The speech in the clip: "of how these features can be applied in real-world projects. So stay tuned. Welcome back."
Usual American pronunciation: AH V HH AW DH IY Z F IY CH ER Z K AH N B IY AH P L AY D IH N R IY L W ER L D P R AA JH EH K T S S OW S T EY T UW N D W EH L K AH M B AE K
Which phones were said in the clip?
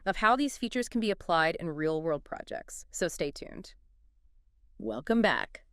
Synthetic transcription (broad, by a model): AH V HH AW DH IY Z F IY CH ER Z K N B IY AH P L AY D IH N R IY L W ER L D P R AA JH EH K T S S OW S T EY T UW N D W EH L K AH M B AE K